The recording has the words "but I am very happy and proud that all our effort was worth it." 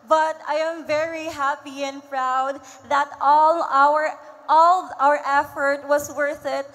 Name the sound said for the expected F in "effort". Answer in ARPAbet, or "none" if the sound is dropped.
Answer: F